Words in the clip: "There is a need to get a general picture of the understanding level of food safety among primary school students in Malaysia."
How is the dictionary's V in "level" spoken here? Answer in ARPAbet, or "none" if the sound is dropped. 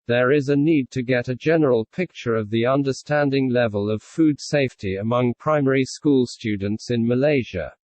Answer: V